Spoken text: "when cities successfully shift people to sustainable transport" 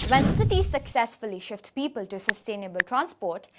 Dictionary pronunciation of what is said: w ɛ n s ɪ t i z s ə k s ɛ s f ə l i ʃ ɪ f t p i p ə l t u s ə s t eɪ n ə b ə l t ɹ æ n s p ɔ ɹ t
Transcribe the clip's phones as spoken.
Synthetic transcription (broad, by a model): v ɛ n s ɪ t i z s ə k s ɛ s f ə l i ʃ ɪ f t p i p ə l t u s ə s t eɪ n ə b ə l t ɹ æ n s p ɔ ɹ t